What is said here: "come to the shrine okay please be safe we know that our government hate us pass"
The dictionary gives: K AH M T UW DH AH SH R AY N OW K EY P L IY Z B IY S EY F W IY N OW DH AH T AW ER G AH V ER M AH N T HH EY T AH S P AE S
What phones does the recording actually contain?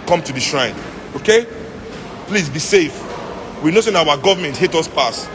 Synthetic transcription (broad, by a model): K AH M T UW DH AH SH R AY N OW K EY P L IY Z B IY S EY F W IY N OW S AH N AW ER G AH V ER M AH N T HH EY T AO S P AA S